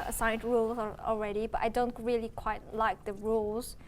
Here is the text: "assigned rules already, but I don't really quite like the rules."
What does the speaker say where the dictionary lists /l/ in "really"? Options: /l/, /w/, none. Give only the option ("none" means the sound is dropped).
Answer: /l/